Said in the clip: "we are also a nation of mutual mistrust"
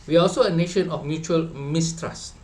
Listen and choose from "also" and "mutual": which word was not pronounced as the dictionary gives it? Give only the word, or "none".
none